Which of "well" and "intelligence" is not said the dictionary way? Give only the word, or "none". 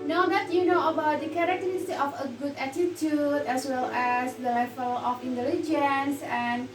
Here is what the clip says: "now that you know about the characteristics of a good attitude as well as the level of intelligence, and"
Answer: none